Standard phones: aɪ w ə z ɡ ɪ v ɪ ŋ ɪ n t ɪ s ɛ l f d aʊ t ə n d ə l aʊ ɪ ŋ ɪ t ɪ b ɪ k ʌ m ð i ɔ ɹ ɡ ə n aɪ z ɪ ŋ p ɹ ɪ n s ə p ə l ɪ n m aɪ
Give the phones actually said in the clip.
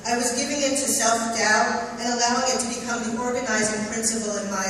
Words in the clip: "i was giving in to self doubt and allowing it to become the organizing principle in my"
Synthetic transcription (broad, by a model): aɪ w ə z ɡ ɪ v ɪ ŋ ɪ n t ɪ s ɛ l f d aʊ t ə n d ə l aʊ ɪ ŋ ɪ t ɪ b ɪ k ʌ m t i ɔ ɹ ɡ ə n aɪ z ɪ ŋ p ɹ ɪ n s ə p l ɪ n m aɪ